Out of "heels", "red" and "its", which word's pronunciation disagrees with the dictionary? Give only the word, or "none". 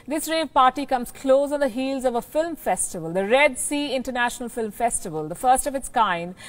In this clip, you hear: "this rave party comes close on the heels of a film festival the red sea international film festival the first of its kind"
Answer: none